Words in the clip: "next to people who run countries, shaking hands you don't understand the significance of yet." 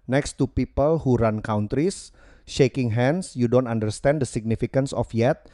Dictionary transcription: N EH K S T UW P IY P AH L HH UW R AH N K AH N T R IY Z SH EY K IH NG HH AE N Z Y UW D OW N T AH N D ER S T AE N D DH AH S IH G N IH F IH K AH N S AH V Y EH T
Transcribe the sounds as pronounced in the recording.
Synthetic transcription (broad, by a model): N EH K S T UW P IY P AH L HH UW R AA N K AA N T R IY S SH EY K IH NG HH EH N S Y UW D OW N T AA N D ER S T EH N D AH S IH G N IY F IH K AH N S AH F Y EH T